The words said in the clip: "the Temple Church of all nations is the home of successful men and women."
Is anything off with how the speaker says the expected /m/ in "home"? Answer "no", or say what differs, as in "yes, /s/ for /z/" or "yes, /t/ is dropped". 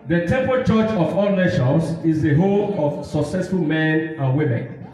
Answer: yes, /m/ is dropped